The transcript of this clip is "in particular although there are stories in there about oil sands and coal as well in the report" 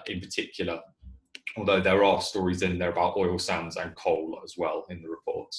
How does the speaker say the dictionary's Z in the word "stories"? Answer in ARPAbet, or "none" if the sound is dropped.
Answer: Z